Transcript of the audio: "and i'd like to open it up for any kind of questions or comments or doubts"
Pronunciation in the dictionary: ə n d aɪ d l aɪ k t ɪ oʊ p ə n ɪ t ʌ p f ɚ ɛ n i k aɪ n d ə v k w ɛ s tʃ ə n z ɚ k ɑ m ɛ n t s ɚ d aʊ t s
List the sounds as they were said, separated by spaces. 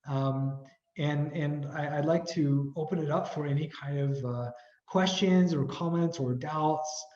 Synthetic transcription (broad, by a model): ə n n aɪ d l aɪ k t ɪ oʊ p ə n ɪ t ʌ p f ɚ ɛ n i k aɪ n d ə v k w ɛ s tʃ ə n z ɚ k ɑ m ɛ n t s ɚ d aʊ t s